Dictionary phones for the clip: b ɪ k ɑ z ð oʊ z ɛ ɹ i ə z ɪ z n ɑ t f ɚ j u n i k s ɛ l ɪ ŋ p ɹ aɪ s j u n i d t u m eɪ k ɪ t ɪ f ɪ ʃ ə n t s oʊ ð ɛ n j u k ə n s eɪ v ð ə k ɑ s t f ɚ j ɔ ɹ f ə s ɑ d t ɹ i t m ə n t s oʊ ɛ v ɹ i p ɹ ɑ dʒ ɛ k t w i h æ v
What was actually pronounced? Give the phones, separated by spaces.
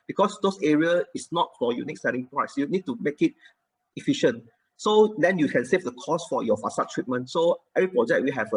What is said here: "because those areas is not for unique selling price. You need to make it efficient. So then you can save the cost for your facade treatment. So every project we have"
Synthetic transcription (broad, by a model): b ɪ k ɑ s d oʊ s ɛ ɹ i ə ɪ s n ɑ t f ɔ j u n i k s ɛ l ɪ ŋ p ɹ aɪ s j u n i d t u m eɪ k ɪ t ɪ f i ʃ ə n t s oʊ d ɛ n j u k ə n s eɪ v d ə k ɑ s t f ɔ j ɔ f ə s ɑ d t ɹ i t m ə n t s oʊ ɛ v ɹ i p ɹ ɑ dʒ ɛ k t w i h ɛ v